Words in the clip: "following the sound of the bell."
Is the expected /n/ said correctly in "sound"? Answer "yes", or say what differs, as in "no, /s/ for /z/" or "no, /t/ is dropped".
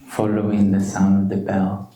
yes